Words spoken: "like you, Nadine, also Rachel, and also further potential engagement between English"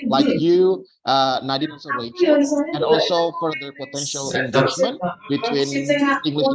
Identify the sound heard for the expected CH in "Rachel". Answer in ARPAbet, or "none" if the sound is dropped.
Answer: S